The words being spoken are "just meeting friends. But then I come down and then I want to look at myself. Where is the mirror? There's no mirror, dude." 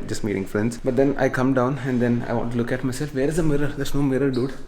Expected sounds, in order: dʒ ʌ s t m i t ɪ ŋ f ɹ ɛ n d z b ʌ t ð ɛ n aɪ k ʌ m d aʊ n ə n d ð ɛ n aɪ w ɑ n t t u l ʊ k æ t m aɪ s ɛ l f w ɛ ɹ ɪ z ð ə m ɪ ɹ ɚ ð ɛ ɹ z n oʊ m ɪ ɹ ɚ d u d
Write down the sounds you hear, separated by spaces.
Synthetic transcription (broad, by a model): dʒ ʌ s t m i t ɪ ŋ f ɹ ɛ n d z b ʌ t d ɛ n aɪ k ʌ m d aʊ n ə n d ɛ n aɪ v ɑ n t t u l ʊ k æ t m aɪ s ɛ l f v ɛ ɹ ɪ z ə m ɪ ɹ ɚ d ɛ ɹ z n oʊ m ɪ ɹ ɚ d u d